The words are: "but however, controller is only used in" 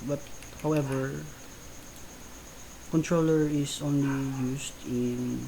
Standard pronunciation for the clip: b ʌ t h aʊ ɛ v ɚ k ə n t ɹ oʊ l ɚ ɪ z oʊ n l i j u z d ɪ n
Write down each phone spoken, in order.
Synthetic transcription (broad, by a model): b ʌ t h aʊ ɛ v ɚ k ə n t ɹ oʊ l ɚ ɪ s oʊ n l i j u s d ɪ n